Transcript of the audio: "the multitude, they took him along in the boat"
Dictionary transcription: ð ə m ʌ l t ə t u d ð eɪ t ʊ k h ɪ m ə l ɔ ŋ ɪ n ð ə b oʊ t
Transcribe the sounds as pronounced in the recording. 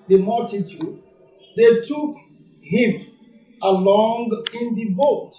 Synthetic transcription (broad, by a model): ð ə m ʌ l t ə t u d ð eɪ t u k h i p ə l ɔ ŋ ɪ n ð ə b oʊ t